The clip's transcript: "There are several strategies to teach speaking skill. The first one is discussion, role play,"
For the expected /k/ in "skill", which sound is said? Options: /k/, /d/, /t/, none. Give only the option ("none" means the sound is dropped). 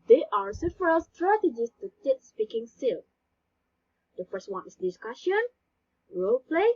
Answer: none